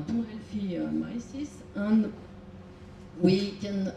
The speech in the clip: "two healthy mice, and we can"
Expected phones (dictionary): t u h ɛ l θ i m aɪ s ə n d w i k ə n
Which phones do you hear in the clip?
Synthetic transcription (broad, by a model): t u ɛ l f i m aɪ s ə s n w i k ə n